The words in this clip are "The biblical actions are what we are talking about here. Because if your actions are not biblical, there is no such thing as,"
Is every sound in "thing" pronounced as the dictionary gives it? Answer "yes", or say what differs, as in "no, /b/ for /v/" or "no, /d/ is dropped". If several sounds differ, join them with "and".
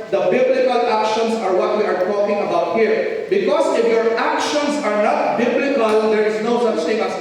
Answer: no, /t/ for /θ/